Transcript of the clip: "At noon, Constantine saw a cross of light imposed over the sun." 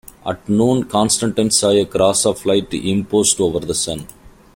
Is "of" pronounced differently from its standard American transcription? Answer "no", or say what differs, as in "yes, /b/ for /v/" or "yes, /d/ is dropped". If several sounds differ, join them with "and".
yes, /f/ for /v/